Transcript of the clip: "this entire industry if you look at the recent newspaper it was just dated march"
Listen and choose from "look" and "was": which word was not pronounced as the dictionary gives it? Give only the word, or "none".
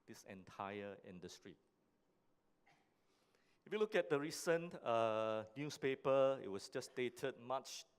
was